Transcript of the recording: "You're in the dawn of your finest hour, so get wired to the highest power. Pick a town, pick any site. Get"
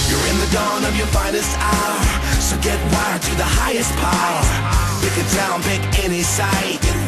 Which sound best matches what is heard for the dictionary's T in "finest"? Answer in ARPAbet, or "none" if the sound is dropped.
T